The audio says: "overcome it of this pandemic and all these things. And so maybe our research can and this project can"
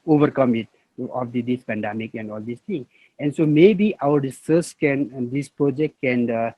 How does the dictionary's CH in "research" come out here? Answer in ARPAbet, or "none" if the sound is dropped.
S